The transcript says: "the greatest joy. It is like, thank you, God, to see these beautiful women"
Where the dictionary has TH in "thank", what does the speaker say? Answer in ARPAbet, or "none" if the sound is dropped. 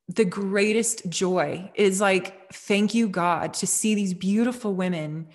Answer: TH